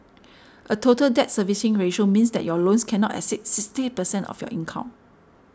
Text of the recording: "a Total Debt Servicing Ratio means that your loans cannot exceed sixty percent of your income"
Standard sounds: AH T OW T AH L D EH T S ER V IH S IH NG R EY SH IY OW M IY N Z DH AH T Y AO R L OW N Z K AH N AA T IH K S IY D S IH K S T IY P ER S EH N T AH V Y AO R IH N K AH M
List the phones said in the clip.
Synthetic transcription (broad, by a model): AH T OW T AH L D EH T S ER V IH S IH NG R EY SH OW M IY N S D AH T Y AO L OW N S K AH N AA T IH S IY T S IH K S T IY P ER S EH N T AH F Y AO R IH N K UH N